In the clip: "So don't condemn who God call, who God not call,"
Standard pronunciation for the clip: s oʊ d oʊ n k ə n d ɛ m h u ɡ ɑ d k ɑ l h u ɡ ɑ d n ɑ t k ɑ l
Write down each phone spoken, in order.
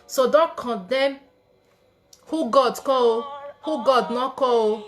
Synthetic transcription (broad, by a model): s oʊ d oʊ k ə d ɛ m h u ɡ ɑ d k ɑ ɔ h u ɡ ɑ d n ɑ k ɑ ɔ